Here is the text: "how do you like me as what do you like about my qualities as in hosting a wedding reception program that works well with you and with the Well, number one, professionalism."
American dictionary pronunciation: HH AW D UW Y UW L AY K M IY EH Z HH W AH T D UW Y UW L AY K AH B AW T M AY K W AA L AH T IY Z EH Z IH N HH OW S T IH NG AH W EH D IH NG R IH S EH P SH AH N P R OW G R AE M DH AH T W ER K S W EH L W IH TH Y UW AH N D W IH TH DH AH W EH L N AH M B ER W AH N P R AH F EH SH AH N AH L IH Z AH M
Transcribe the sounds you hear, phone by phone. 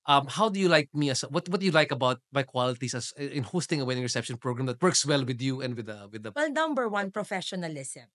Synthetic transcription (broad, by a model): HH AW D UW Y UW L AY K M IY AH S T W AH T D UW Y UW L AY K AH B AW T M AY K W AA L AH T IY S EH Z IH N HH OW S T IH NG AH W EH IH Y R IH S EH P SH AH N P R OW G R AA M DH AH T W ER K S W EH L W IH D Y UW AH N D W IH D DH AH W EH L N AH M B ER W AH N P R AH F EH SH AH N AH L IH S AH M